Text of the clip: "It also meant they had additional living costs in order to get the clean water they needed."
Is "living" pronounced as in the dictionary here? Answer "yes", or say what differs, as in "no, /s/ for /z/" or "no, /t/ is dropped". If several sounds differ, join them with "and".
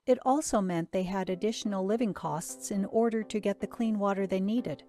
yes